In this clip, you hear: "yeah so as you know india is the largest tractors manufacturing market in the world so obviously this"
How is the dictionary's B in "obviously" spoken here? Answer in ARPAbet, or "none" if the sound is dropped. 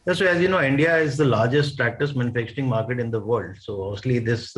none